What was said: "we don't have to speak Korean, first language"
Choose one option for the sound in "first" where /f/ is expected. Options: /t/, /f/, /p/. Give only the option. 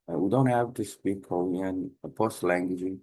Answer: /p/